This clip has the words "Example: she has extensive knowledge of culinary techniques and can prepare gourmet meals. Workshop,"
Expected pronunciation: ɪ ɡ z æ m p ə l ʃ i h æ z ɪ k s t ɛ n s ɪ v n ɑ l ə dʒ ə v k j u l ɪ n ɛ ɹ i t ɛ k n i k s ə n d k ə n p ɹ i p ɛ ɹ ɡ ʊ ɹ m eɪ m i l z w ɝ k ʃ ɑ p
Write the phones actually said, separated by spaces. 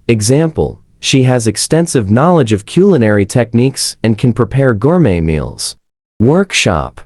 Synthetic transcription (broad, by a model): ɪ ɡ z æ m p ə l ʃ i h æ z ɪ k s t ɛ n s ɪ v n ɑ l ə dʒ ə v k j u l ɪ n ɛ ɹ i t ɛ k n i k s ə n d k ə n p ɹ i p ɛ ɹ ɡ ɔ ɹ m eɪ m i l z w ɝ k ʃ ɑ p